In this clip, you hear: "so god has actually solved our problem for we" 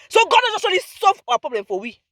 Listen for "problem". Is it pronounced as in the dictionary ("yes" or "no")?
yes